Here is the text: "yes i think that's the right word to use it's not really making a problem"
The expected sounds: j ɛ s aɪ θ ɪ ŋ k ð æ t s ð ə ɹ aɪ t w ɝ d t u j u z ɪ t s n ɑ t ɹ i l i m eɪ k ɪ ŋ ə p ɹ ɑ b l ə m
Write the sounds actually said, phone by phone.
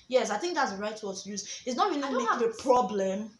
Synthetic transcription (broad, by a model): j ɛ s aɪ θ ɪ ŋ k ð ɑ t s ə ɹ aɪ t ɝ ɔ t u j u z ɪ t s n ɑ t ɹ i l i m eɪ ɪ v ə p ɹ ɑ b l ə m